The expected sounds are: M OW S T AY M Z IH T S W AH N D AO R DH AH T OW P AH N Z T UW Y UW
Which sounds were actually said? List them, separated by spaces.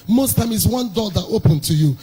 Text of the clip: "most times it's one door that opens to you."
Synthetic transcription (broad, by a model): M OW S T AY M IH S W AH N D AO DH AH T OW P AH N T UW Y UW